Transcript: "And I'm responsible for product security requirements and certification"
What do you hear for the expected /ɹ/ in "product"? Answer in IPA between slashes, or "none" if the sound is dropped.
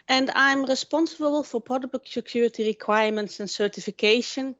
none